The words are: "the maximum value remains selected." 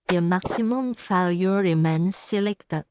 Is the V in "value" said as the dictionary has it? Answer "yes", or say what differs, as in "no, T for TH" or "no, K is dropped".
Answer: no, F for V